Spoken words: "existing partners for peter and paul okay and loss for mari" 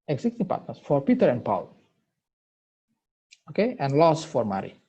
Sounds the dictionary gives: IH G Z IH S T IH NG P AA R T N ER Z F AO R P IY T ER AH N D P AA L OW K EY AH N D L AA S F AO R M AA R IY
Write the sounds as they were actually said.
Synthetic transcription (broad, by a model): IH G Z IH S T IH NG P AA T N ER S F AO R P IY T ER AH N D P AA L OW K EY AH N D L AA S F AO R M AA R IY